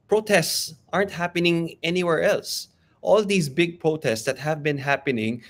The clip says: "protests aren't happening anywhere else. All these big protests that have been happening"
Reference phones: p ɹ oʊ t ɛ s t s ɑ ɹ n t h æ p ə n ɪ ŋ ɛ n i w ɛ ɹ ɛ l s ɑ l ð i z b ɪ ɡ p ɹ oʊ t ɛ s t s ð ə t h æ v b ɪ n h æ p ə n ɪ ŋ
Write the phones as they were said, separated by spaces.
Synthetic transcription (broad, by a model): p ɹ oʊ t ɛ s t s ɑ ɹ n t h æ p ə n ɪ ŋ ɛ n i w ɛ ɹ ɛ l s ɑ l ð i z b ɪ ɡ p ɹ oʊ t ɛ s t s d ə t h æ v b ɪ n h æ p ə n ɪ ŋ